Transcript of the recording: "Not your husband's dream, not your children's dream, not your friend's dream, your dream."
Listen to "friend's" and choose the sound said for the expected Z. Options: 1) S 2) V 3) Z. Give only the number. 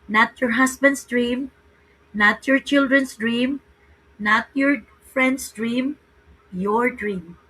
1